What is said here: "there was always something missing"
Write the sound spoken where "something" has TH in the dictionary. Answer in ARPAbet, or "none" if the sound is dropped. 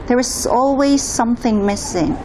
TH